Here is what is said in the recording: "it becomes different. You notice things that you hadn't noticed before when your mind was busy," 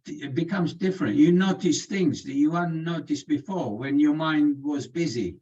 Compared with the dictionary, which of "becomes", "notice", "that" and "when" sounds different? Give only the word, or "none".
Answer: none